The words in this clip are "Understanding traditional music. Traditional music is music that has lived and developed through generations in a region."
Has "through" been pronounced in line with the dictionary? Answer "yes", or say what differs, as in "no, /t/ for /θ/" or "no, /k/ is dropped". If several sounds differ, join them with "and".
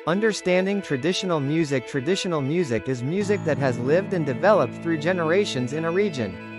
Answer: yes